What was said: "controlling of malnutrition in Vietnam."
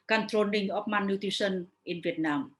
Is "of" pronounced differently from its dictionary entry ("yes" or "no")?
yes